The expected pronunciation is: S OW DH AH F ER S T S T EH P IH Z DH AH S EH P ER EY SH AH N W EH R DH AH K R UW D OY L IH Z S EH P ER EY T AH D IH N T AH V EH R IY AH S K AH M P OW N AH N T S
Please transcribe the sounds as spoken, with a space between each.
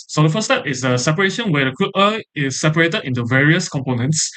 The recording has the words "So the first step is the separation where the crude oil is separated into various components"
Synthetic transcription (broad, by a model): S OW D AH F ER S S T EH P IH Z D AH S EH P ER EY SH AH N W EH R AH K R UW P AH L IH S EH P ER EY T AH D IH N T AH V EH R IY AH S K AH M P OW N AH N T S